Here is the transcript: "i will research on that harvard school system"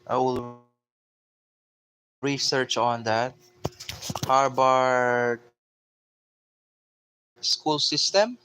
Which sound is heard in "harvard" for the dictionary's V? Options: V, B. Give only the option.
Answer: B